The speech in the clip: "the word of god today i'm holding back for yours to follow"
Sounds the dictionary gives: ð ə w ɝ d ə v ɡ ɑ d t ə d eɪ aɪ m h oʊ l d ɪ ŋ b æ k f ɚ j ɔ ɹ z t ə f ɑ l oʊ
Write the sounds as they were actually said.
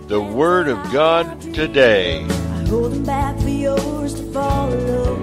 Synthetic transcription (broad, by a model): ð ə w ɝ d ə v ɡ ɑ d t ə d eɪ aɪ h oʊ l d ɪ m b æ k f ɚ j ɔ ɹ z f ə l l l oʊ